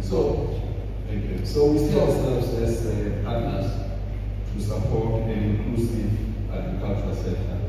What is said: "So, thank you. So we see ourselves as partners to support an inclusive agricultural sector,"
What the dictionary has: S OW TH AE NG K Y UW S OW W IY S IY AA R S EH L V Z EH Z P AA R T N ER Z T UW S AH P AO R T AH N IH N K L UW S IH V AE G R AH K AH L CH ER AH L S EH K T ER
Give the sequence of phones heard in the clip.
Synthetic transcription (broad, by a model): S OW T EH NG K Y UW S OW W IY S IY AA W S EH L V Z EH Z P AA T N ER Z T UW S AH P AO T AH N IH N K L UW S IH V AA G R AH K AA L CH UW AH S EH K T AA